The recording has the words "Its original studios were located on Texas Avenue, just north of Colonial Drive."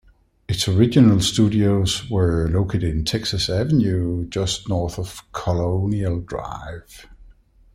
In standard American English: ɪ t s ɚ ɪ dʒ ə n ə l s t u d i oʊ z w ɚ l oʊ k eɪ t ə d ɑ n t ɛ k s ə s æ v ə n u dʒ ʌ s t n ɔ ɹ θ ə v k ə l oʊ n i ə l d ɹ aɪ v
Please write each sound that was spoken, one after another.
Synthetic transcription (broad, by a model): ɪ t s ɚ ɪ dʒ ə n ə l s t u d i oʊ z w ɚ l oʊ k eɪ t ə d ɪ n t ɛ k s ə s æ v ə n u dʒ ʌ s t n ɔ ɹ θ ə v k ə l oʊ n i ə l d ɹ aɪ v